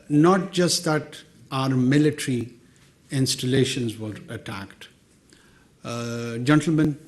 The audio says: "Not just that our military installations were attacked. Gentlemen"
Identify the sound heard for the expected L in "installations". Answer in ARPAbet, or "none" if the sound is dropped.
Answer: L